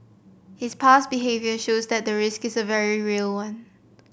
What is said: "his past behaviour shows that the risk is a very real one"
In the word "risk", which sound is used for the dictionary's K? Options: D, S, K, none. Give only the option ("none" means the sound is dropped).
K